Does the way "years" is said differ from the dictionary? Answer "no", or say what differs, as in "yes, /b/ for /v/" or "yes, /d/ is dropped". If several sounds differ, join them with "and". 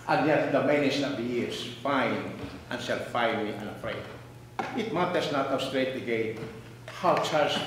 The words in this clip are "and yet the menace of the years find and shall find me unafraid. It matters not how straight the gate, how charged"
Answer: yes, /s/ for /z/